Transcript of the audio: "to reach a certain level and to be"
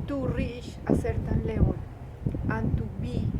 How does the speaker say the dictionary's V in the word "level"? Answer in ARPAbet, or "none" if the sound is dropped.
W